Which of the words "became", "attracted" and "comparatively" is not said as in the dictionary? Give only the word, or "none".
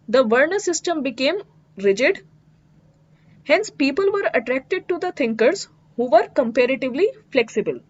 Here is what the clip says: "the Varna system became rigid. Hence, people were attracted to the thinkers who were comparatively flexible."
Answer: none